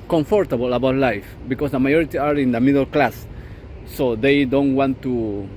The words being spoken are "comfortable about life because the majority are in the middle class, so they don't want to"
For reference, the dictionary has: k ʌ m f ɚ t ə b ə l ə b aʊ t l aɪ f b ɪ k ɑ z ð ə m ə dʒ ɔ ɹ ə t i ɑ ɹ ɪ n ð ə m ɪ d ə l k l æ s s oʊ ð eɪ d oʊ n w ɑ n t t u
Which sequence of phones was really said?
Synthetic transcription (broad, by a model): k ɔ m f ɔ t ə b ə l ə b aʊ t l aɪ f b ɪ k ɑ s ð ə m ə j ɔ ɹ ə t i ɑ ɹ ɪ n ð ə m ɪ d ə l k l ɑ s s oʊ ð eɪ d oʊ n w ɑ n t t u